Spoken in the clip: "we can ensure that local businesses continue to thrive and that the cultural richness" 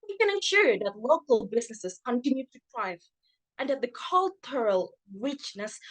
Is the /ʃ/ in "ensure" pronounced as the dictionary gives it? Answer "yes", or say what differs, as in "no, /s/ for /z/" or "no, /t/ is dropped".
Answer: yes